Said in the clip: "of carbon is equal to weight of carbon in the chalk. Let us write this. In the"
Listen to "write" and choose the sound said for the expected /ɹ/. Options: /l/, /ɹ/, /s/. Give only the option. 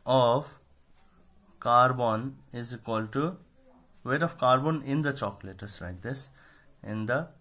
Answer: /l/